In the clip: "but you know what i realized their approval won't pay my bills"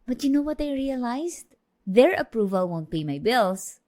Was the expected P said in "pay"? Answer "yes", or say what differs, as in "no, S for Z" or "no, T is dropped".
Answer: no, B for P